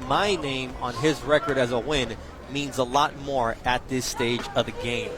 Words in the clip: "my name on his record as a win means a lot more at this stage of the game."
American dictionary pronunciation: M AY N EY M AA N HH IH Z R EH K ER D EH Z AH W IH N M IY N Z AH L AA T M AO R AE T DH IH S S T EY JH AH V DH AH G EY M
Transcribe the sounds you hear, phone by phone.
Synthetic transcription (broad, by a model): M AY N EY M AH N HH IH Z R EH K ER D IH Z AH W IH N M IY N Z AH L AA T M AO R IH T DH IH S S T EY JH AH V DH AH G EY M